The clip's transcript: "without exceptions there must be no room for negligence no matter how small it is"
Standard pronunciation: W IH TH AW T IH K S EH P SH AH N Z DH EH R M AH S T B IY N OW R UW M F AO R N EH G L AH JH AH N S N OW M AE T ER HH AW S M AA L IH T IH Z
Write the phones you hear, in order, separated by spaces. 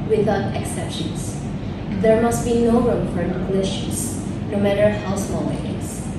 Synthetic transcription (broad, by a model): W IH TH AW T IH K S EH P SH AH N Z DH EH R M AH S T B IY N OW R UW M F AO R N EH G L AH SH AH S N OW M AE T ER HH AW S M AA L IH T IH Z